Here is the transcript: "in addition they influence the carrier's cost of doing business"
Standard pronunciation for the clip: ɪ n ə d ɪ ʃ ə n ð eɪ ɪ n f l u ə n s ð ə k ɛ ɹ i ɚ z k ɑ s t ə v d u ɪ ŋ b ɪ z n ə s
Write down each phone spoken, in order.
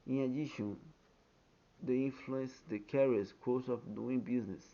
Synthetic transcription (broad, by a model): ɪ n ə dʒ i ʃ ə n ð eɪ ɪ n f l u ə n s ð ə k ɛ ɹ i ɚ s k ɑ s ə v d u ɪ ŋ b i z n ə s